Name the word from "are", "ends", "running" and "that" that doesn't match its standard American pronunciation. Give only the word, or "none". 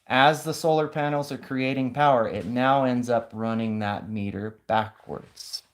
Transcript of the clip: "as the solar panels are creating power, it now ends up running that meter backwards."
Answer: none